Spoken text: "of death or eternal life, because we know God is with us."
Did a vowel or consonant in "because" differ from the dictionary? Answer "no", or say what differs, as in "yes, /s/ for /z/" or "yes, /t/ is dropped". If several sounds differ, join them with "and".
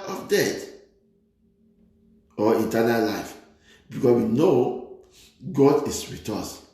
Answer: yes, /z/ is dropped